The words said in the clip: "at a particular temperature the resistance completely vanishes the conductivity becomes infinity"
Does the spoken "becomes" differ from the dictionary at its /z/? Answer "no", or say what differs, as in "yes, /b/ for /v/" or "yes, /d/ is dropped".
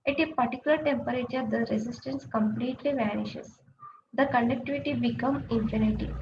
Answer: yes, /z/ is dropped